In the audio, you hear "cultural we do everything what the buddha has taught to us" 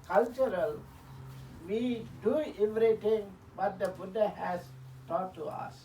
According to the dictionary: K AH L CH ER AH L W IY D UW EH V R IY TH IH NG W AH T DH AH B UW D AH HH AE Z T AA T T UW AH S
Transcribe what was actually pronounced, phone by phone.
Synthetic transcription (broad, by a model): K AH L CH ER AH L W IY D UW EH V R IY T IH NG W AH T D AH B UW D AH HH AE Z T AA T T UW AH S